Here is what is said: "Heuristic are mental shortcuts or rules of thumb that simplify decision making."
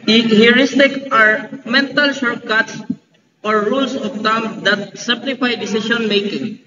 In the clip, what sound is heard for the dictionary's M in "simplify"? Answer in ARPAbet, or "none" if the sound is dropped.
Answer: none